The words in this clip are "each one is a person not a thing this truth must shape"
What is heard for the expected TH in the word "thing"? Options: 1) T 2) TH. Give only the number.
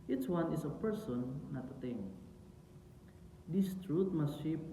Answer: 1